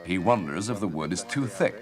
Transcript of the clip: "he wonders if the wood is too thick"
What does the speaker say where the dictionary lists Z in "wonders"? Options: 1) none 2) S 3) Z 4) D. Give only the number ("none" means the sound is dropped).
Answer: 3